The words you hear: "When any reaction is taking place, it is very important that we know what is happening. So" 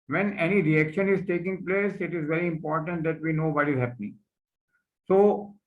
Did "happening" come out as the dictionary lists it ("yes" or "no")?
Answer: yes